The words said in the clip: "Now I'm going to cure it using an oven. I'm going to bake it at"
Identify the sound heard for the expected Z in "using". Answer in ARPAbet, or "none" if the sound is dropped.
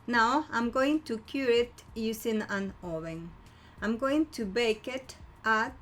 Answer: S